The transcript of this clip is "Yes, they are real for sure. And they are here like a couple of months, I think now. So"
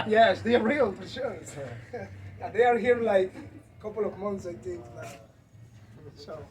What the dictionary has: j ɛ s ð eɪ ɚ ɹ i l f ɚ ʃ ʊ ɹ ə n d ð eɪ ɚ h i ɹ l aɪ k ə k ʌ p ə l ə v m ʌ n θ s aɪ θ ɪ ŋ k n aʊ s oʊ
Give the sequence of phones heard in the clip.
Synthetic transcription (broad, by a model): j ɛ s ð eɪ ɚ ɹ i l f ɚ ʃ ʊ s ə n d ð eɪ ɚ h i ɹ l aɪ k ə k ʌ p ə l ə v m ʌ n θ s aɪ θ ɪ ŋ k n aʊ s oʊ